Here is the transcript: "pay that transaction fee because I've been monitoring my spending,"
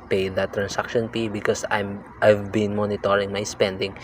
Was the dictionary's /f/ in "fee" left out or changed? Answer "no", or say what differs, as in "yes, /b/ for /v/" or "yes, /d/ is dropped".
yes, /p/ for /f/